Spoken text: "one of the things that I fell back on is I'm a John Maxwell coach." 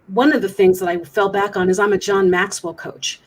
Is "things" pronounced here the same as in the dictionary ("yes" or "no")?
yes